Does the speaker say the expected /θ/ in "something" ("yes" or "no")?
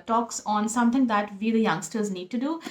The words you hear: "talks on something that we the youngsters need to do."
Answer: no